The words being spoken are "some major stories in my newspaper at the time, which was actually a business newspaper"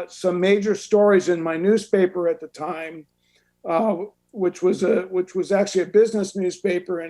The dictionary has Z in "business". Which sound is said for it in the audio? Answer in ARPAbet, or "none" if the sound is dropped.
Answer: Z